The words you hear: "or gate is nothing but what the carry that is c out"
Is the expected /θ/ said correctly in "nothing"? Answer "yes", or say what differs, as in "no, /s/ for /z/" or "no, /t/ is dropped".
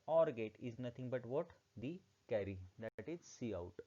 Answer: no, /t/ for /θ/